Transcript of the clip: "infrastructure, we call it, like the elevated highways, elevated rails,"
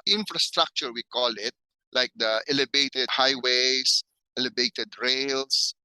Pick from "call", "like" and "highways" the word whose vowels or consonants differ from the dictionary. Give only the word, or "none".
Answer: highways